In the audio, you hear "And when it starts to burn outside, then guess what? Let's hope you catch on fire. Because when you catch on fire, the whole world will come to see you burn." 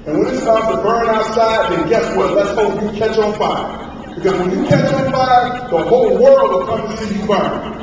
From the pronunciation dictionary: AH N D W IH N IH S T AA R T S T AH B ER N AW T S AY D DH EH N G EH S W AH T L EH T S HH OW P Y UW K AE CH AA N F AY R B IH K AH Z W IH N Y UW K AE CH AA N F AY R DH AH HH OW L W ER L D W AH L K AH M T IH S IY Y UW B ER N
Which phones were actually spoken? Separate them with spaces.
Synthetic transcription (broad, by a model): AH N W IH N IH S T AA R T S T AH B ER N AW T S AY D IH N G EH S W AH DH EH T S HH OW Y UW K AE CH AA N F AY B IH K AH Z W IH N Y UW K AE CH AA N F AY DH AH HH OW L W ER L D W AH L K AH M T IH S IY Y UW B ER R